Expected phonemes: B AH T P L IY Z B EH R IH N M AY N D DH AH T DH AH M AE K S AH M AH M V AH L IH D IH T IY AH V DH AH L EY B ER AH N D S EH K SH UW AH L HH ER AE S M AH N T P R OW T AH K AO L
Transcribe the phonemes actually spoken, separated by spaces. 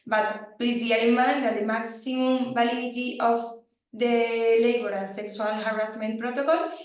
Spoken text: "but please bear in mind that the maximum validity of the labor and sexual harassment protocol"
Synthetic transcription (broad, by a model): B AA T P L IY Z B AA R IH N M AY N D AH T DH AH M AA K S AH M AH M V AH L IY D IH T IY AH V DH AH L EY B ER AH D S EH K S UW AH L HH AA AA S M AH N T P R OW T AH K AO L